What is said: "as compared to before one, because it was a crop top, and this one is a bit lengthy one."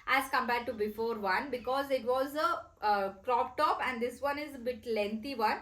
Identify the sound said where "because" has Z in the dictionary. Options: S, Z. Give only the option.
Z